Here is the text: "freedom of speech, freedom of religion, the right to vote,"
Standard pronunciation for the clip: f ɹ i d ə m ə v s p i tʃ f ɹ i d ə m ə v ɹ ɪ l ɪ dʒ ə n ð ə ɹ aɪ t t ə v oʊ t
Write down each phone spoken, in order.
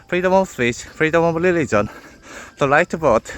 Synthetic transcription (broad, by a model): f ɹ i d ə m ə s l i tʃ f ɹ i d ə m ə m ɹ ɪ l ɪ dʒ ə n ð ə l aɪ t t ə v oʊ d